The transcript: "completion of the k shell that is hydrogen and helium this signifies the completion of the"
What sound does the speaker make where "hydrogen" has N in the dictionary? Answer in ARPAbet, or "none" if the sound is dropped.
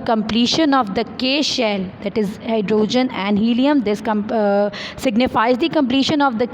N